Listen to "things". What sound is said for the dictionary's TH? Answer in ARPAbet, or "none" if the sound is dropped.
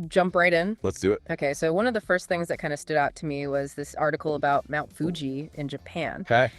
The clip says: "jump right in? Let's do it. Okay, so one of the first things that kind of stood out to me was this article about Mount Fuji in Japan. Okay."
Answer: TH